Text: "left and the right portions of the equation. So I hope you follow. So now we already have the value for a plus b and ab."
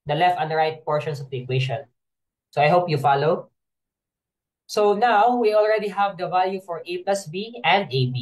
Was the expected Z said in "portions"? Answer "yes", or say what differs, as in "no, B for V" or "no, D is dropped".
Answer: no, S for Z